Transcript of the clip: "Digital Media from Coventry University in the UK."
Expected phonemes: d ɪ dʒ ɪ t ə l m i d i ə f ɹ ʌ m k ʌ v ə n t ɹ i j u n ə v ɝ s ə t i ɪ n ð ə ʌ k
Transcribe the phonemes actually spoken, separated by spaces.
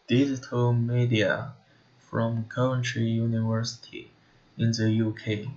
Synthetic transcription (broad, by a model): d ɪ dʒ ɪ t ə l m i d i ə f ɹ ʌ m k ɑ ə n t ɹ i j u n ə v ɝ s ə t i ɪ n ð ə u k